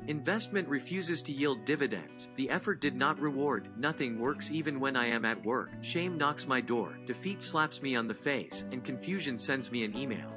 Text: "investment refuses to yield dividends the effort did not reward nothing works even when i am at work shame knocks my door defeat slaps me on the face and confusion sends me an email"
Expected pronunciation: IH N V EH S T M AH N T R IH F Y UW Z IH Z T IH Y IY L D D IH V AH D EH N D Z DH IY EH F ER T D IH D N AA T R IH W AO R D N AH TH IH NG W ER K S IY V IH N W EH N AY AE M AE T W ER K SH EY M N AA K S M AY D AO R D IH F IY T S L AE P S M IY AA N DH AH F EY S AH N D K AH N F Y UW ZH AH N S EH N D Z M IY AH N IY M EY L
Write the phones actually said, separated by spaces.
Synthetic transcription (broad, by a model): IH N V EH S T M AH N T R IH F Y UW Z IH Z T IH Y IY L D D IH V AH D EH N D Z DH IY EH F ER T D IH D N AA T R IH W AO R D N AH TH IH NG W ER K S IY V IH N W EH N AY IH M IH T W ER K SH EY M N AA K S M AY D AO R D IH F IY T S L AE P S M IY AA N DH AH F EY S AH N K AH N F Y UW ZH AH N S EH N D Z M IY AH N IY M EY L